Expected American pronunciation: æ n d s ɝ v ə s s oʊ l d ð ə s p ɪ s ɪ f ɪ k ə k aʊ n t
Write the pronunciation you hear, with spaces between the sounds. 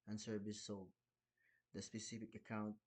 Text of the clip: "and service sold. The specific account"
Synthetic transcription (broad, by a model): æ n s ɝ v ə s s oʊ d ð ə s p ɪ s ɪ f ɪ k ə k aʊ n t